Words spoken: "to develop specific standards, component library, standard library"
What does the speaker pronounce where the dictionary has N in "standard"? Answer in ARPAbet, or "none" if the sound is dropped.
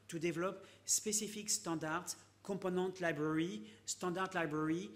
none